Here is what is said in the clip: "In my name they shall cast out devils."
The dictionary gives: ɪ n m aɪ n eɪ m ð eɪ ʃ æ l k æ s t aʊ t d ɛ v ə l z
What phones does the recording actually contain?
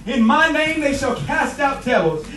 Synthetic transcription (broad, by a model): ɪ n m aɪ n eɪ m ð eɪ ʃ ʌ l k æ s t aʊ t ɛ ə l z